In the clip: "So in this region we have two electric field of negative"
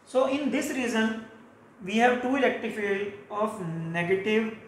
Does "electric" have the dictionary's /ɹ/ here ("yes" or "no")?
no